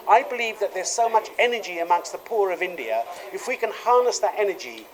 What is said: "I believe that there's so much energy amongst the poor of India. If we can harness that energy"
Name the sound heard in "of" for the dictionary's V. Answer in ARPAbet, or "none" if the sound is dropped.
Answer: V